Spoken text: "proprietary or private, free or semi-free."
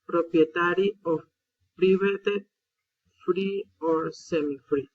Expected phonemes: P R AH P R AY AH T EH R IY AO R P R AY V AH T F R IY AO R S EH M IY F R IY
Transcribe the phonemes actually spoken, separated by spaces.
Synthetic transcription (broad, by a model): P R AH P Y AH T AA R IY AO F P R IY B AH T F R IY AO R S EH M IY F R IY